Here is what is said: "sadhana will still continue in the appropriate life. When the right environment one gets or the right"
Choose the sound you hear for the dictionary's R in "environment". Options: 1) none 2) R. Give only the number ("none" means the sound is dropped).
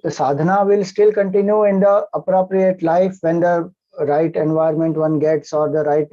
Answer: 1